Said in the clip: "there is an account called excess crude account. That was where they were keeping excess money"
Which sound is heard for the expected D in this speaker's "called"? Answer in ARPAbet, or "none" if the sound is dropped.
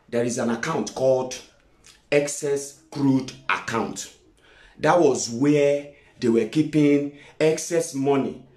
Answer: D